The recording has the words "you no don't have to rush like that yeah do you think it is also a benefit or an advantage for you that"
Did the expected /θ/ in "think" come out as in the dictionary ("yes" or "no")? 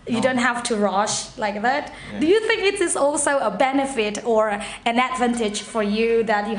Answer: yes